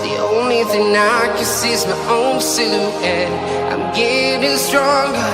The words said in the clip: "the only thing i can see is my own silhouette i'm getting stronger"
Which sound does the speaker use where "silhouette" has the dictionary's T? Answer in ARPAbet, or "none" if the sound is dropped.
none